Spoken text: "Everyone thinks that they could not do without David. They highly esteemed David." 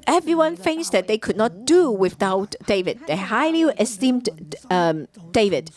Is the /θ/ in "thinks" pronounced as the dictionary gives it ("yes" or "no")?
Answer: no